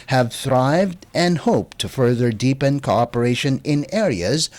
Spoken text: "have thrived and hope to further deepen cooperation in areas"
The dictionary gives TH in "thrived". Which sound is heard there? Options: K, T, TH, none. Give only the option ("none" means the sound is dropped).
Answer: TH